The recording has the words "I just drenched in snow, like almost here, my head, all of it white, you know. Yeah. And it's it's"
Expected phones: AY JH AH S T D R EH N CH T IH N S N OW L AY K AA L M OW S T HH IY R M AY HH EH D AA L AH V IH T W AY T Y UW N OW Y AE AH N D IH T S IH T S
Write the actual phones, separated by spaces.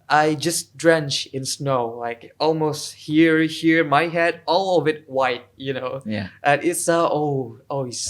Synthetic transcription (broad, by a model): AY JH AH S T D R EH N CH IH N S N OW L AY K AA L M OW S T HH IY R M AY HH EH D AA L AH V IH T W AY T Y UW N OW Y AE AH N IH T S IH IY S